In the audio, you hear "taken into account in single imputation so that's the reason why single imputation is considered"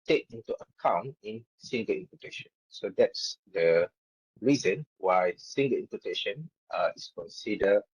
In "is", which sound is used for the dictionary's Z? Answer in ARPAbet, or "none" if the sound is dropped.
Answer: S